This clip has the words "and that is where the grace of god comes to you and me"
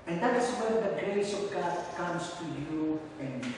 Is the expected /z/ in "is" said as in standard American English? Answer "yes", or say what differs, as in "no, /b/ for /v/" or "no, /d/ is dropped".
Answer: no, /s/ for /z/